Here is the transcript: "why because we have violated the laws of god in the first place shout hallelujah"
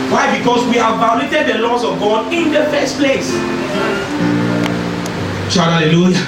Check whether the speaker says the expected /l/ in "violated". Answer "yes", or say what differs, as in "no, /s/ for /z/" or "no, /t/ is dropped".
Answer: no, /n/ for /l/